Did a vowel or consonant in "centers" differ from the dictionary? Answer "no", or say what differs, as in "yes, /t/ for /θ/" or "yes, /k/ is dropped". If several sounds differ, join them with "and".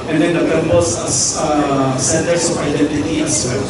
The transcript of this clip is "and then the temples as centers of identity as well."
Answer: yes, /s/ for /z/